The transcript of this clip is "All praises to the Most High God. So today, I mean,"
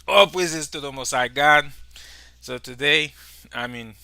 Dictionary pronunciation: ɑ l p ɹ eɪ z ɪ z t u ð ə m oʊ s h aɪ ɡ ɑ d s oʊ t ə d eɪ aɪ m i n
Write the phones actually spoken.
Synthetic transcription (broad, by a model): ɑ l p w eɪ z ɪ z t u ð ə m oʊ s aɪ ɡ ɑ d s oʊ t ə d eɪ aɪ m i n